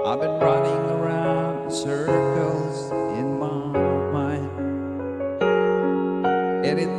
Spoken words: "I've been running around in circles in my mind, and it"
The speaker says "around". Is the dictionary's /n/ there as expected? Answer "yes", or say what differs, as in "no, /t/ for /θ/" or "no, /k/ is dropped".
yes